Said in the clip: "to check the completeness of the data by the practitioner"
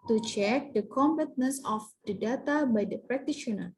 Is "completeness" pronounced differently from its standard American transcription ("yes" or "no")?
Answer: yes